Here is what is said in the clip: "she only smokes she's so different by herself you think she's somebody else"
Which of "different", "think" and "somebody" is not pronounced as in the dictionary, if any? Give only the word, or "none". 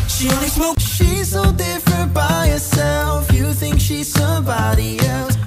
none